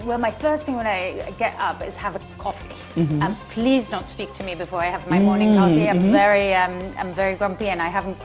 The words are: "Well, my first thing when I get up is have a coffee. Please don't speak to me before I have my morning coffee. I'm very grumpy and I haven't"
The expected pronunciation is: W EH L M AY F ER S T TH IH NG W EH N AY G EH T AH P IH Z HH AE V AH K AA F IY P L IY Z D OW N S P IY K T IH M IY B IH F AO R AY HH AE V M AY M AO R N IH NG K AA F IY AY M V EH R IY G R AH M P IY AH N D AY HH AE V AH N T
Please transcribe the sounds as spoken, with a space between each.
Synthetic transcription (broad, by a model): W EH L M AY F ER S T TH IH NG W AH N AY G EH T AH P IH Z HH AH V AH K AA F IY P L IY Z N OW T S P IY K T IH M IY B IH F AO R AY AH V M AY M AO R N IH NG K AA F IY AY M V EH R IY G R AH M P IY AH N AY HH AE V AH N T